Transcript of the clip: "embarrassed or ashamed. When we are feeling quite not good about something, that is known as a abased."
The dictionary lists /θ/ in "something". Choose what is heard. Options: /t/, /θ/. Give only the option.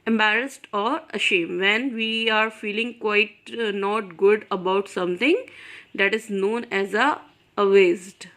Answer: /t/